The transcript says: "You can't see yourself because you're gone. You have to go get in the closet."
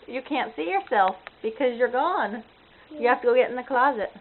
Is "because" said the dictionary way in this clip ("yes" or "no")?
yes